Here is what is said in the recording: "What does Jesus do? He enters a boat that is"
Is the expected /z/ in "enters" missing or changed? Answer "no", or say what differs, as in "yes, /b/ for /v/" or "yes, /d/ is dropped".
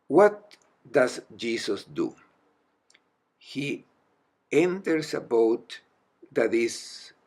yes, /s/ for /z/